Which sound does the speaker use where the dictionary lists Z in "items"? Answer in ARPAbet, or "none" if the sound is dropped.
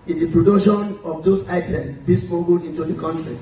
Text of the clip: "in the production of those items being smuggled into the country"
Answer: none